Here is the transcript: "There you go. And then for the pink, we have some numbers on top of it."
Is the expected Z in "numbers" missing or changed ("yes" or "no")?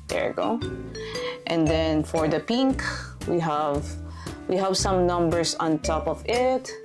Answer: yes